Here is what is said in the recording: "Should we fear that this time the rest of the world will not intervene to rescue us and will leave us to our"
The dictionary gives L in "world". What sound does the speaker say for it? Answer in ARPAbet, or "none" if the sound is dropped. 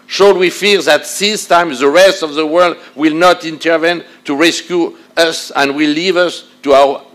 L